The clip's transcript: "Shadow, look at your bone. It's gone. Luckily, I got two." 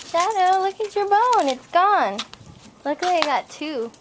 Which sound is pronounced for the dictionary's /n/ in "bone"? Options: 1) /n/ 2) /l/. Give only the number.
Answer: 1